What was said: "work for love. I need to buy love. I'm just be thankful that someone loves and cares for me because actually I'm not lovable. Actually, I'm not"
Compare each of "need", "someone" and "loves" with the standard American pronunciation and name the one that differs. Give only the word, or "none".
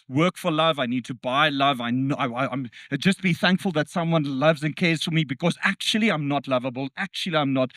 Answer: none